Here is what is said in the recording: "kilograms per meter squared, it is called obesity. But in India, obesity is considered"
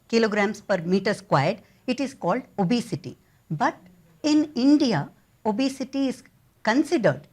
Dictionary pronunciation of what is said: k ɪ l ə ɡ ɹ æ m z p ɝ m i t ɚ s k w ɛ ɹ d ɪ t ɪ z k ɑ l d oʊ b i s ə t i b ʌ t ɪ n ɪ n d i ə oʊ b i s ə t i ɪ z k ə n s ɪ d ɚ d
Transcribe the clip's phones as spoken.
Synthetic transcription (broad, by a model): k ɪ l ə ɡ ɹ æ m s p ɝ m i t ɚ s k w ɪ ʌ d ɪ t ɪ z k ɑ l d oʊ b i s ə t i b ʌ t ɪ n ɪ n d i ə oʊ b i s ə t i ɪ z k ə n s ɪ d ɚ d